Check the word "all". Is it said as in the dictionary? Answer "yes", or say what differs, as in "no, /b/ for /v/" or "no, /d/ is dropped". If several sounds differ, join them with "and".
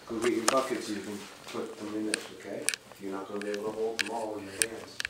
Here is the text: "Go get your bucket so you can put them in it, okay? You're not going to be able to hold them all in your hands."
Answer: no, /w/ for /l/